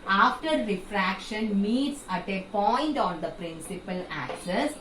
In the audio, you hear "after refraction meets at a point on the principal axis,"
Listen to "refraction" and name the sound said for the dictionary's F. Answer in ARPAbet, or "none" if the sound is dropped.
F